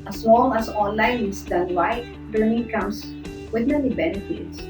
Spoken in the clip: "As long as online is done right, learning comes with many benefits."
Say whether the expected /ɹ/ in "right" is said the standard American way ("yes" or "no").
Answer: no